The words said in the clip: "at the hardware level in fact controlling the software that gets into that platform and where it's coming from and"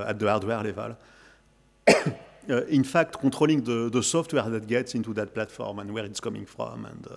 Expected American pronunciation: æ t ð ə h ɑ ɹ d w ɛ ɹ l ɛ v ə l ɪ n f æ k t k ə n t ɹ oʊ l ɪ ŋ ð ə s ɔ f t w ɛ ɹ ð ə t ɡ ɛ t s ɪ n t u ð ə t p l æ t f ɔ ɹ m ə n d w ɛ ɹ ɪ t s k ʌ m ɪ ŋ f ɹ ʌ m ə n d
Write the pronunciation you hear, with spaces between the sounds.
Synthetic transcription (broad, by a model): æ t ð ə ɑ ɹ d w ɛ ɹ l ɛ v ə l ɪ n f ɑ k t k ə t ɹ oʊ l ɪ ŋ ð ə s ɔ f t w ɛ ɹ ð ə t ɡ ɛ t s ɪ n t u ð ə t p l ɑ t f ɔ ɹ m ə n d w ɛ ɹ ɪ t s k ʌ m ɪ ŋ f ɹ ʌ m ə n d